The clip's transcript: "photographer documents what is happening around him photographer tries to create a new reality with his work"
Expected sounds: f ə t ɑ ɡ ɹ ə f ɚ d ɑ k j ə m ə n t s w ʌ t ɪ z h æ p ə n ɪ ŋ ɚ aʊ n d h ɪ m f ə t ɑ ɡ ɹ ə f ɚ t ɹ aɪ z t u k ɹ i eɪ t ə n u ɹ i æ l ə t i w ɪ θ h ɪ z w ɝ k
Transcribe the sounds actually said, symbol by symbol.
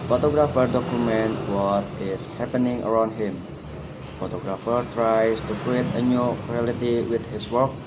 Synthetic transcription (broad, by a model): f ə t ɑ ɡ ɹ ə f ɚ d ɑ k j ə m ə n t w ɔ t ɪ s h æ p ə n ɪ ŋ ɚ aʊ n d h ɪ m f ə t ɑ ɡ ɹ ə f ɚ t ɹ aɪ s t u k ɹ i eɪ t ə n u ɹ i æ l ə t i w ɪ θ h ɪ s w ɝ k